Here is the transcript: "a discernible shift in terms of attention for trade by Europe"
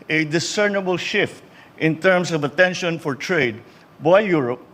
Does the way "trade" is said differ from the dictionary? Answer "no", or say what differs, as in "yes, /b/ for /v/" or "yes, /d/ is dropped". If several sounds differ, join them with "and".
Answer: no